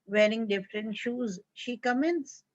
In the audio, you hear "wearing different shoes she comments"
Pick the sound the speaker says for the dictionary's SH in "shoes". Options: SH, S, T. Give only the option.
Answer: SH